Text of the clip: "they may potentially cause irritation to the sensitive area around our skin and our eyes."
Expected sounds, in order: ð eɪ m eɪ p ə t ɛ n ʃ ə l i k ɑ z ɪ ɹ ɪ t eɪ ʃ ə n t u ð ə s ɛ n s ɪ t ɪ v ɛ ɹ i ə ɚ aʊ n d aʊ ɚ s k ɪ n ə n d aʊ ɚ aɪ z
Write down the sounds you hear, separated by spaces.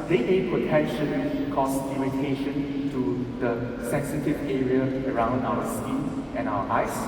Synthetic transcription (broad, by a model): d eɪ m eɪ p ə t ɛ n ʃ ə l i k ɑ s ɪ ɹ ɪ t eɪ ʃ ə n t u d ə s ɛ n s ɪ t ɪ v ɛ ɹ i ə ɚ aʊ n d aʊ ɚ s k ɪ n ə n aʊ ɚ aɪ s